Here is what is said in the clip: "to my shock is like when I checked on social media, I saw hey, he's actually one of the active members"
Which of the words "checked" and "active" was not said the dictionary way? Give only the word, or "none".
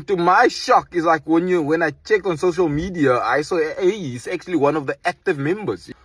none